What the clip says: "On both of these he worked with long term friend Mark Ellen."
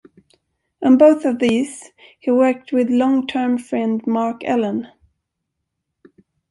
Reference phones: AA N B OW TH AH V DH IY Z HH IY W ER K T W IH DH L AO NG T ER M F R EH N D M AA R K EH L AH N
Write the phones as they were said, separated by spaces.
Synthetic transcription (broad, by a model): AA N B OW TH AH V DH IY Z HH IY W ER K T W IH DH L AO NG T ER M F R EH N D M AA R K EH L AH N